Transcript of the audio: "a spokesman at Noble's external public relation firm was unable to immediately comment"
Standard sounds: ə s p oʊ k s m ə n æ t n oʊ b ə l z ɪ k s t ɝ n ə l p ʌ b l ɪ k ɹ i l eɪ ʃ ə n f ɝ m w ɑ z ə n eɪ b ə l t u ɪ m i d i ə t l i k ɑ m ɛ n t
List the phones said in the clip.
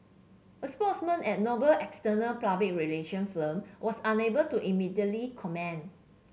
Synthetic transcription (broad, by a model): ə s p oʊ s m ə n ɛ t n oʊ b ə l ɪ k s t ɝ n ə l p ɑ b ɪ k ɹ i l eɪ ʃ ə n f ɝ m w ɑ s ə n eɪ b ə l t u ɪ m i d i ə t l i k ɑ m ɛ n